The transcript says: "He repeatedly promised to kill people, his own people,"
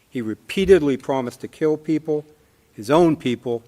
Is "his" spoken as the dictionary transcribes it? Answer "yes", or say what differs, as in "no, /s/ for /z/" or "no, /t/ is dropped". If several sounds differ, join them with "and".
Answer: yes